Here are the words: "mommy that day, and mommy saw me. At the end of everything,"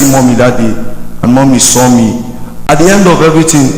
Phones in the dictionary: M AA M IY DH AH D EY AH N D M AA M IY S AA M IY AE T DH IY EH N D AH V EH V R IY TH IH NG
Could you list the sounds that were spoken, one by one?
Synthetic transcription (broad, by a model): M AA M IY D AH D EY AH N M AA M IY S AA M IY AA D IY EH N D AH V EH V R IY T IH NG